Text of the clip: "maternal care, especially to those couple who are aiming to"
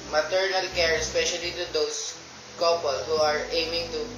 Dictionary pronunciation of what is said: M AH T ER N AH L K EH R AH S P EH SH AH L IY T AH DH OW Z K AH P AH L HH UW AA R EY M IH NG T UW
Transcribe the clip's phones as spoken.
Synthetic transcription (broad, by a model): M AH T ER N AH L K EH R AH S P EH SH AH L IY T AH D OW S K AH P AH L HH UW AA R EY M IH NG T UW